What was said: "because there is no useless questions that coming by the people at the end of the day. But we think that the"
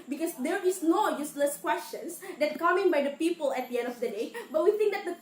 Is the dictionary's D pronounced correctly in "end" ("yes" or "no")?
yes